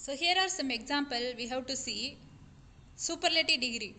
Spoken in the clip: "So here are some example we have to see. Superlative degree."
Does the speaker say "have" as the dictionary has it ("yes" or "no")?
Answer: no